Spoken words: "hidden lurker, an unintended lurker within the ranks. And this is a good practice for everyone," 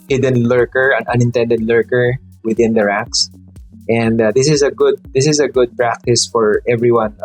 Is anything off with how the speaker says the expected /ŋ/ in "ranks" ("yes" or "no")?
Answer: yes